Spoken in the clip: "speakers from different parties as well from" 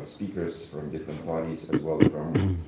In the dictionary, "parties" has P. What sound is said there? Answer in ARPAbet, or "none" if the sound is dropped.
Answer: B